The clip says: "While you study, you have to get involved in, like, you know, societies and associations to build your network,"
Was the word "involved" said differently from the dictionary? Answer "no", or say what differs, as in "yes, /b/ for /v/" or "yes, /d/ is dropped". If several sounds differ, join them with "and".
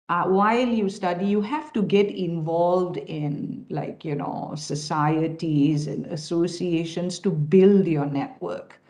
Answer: no